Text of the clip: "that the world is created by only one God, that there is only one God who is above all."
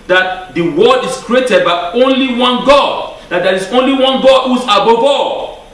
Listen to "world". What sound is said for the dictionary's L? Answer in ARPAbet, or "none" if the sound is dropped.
none